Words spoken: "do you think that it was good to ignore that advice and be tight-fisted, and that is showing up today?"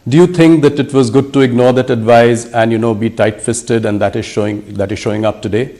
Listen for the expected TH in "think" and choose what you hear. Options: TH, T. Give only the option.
T